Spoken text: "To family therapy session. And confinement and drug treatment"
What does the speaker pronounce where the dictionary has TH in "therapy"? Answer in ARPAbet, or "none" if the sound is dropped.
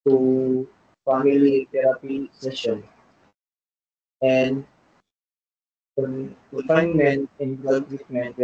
T